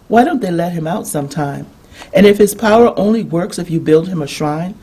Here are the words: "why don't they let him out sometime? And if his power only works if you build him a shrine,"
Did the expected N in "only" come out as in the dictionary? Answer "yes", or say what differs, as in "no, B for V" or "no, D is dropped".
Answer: yes